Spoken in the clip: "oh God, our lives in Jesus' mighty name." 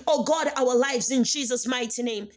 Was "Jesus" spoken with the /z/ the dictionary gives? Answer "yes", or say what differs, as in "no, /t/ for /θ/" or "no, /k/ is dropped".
yes